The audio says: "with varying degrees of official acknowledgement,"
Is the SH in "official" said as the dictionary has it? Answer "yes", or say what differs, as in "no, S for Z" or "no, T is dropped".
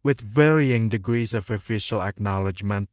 yes